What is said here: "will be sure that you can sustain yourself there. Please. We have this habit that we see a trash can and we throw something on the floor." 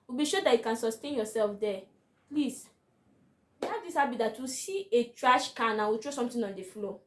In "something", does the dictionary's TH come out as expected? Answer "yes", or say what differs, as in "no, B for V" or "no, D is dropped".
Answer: no, T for TH